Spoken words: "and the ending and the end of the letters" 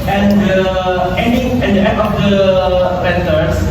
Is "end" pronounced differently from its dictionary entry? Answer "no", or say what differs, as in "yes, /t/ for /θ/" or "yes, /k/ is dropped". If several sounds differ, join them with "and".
yes, /d/ is dropped